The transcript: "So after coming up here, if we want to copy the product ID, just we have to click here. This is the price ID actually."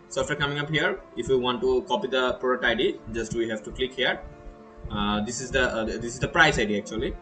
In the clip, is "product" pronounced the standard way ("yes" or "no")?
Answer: no